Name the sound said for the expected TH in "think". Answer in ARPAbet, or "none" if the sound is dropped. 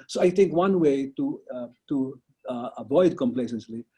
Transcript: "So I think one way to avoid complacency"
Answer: T